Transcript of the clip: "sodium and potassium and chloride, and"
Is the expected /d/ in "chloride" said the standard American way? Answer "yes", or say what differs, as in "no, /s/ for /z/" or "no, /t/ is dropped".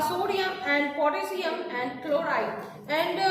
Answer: no, /d/ is dropped